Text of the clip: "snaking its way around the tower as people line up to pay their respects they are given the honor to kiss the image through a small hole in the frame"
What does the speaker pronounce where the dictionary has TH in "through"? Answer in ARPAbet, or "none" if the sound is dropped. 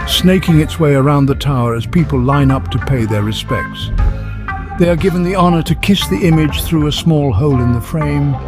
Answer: TH